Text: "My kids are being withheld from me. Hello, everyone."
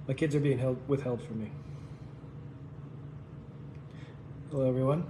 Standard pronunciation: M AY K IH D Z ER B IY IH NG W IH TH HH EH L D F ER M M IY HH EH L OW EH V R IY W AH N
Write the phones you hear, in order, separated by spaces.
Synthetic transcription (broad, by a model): M AY K IH D Z ER B IY IH NG W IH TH HH EH L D F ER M M IY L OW EH V R IY W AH N